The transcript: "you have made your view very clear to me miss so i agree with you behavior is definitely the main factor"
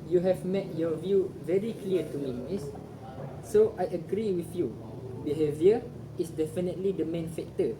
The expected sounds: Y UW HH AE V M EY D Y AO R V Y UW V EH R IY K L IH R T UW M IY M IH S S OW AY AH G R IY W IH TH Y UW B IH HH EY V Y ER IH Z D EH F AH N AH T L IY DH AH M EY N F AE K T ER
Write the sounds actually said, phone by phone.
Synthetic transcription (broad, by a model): Y UW HH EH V M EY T Y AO V Y UW V EH R IY K L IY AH T UW M IY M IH S S OW AY AH G R IY W IH TH Y UW B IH HH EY V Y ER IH S D EH F AH N AH T L IY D AH M EY N F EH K T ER